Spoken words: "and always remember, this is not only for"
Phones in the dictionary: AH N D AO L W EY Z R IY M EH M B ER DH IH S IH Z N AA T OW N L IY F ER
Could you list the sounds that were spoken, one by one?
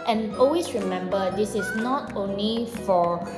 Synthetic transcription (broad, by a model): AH N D AO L W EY S R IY M EH M B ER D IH S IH S N AA T OW N L IY F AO